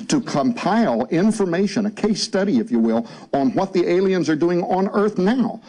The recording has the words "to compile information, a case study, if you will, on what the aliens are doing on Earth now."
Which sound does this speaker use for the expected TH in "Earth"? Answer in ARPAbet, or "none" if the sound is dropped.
TH